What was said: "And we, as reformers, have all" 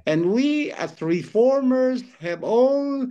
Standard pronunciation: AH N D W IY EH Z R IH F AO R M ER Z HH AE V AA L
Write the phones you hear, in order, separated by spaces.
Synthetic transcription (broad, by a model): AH N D W IY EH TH R IH F AO R M ER Z HH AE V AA L